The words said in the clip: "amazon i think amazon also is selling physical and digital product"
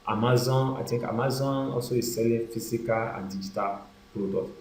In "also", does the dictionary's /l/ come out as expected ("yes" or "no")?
yes